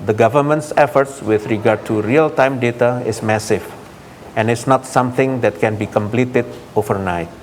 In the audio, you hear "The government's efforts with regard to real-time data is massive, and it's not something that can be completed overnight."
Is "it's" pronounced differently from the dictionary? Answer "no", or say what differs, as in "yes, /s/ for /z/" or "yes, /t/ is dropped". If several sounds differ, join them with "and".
no